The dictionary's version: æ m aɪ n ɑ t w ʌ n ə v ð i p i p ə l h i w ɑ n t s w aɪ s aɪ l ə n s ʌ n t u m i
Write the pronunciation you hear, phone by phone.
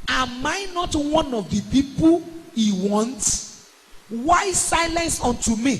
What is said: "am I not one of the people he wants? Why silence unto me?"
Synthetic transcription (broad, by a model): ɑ m aɪ n ɑ t w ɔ n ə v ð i p i p ə l h i w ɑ n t w aɪ s aɪ l ə n s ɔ n t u m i